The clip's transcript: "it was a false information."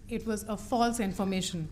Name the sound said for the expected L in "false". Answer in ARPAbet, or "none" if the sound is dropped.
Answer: L